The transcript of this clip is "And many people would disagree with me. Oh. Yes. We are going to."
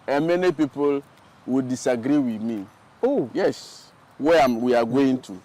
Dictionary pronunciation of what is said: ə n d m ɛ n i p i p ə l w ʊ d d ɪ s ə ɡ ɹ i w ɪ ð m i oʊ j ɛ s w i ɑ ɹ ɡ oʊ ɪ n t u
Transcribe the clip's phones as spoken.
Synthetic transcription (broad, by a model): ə m ɛ n i p i p ə l w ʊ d d ɪ s ə ɡ ɹ i w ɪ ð m i oʊ j ɛ s w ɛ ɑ w ɡ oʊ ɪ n t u